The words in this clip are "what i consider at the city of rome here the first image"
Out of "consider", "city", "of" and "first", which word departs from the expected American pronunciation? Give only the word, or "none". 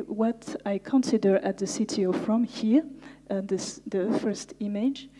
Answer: of